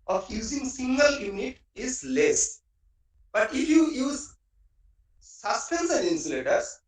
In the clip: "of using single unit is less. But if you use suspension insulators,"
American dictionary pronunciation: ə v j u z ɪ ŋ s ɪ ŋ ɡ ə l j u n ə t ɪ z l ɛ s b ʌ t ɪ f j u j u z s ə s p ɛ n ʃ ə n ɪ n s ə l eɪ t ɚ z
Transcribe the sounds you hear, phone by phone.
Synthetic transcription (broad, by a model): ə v j u z ɪ ŋ s ɪ ŋ ɡ ə l j u n ə t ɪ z l ɛ s b ʌ t ɪ f j u j u z s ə s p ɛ n s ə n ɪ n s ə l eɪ t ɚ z